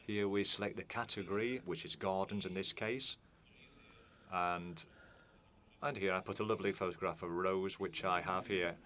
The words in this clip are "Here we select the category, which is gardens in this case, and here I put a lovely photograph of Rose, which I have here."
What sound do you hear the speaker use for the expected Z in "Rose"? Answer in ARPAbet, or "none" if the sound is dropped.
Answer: Z